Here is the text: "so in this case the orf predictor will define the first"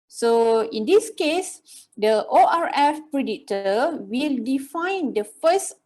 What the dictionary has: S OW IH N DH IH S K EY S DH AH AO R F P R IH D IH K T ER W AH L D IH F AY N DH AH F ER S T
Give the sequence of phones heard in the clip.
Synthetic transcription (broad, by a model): S OW IH N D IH S K EY S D AH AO R F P R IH D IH T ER W AH L D IH F AY N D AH F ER S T